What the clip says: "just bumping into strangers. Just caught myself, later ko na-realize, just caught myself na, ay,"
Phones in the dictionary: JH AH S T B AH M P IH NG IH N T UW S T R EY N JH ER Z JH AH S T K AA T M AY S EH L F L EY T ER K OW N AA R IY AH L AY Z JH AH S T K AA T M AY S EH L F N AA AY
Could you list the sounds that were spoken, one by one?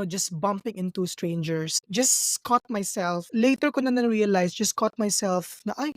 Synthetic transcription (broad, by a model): JH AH S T B AH M P IH NG IH N T UW S T R EY N JH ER S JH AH S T K AA T M AY S EH L F L EY T ER K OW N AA R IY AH L AY S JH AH S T K AA T M AY S EH L F N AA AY